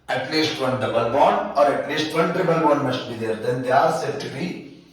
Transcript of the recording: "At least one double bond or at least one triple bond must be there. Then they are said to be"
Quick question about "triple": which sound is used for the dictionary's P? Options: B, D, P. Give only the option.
B